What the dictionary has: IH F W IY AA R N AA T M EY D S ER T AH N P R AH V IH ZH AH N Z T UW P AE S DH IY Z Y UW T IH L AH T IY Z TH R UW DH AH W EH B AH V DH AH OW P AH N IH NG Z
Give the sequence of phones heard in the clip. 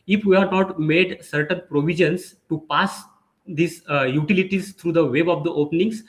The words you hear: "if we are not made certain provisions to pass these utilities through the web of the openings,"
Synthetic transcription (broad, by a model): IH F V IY AA R N AA T M EY D S ER T AH N P R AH V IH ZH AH N S T UW P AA S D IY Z Y UW T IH L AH T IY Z T R UW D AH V EH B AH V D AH OW P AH N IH NG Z